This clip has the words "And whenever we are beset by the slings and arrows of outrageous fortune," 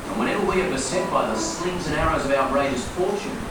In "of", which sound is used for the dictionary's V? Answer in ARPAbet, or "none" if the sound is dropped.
V